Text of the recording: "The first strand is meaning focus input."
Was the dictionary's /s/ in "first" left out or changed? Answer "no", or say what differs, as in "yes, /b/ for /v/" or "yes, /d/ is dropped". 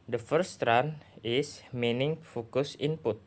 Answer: yes, /s/ is dropped